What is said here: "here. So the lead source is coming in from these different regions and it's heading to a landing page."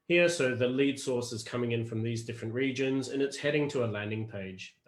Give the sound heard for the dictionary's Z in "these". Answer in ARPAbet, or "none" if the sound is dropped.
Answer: Z